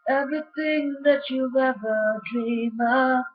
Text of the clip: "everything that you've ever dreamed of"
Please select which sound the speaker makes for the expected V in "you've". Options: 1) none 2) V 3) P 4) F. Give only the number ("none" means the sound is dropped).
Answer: 1